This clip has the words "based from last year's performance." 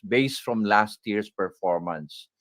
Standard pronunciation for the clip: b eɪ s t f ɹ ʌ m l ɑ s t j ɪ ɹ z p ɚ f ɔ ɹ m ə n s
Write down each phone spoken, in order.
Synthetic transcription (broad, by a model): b eɪ s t f ɹ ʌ m l ɑ s t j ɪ ɹ s p ɚ f ɔ ɹ m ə n s